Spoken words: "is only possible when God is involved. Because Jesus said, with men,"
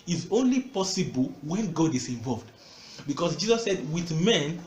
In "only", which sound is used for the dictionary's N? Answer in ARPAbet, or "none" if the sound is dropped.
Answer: N